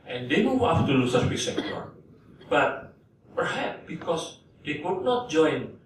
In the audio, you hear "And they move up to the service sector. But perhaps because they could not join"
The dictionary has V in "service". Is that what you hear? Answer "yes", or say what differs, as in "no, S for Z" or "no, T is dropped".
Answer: no, W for V